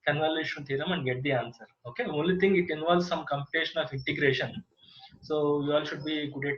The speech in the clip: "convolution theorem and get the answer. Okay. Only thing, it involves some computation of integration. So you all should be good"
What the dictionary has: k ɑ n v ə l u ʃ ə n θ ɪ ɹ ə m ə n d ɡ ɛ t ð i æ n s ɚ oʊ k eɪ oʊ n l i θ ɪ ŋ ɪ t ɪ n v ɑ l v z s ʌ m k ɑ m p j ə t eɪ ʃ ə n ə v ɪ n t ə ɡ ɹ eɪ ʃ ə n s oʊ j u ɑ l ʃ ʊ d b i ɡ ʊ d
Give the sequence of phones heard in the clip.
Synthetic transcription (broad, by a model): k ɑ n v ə l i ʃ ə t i ɹ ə m ə n d ɡ ɛ t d i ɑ n s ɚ oʊ k eɪ oʊ n l i t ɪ ŋ ɪ t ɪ n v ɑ l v s ʌ m k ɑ m p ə t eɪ ʃ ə n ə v ɪ n t ə ɡ ɹ eɪ ʃ ə n s oʊ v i ɑ l ʃ ʊ d b i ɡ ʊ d